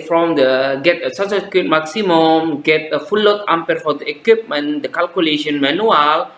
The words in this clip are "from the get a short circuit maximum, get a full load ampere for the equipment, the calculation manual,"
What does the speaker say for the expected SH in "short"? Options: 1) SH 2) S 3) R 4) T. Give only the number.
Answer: 2